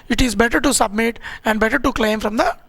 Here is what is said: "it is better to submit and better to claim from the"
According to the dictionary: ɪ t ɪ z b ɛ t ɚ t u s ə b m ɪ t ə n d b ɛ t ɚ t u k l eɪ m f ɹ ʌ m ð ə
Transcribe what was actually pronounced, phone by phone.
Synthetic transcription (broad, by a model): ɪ t ɪ z b ɛ t ɚ t u s ə b m ɪ t ə n d b ɛ t ɚ t u k l eɪ m f ɹ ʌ m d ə